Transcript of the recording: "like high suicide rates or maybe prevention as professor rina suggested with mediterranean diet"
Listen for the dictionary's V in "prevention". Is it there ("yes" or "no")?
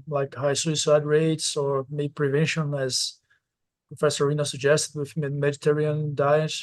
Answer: yes